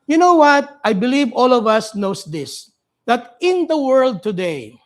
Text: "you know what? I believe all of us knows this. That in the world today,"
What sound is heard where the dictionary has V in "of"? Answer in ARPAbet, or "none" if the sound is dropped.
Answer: V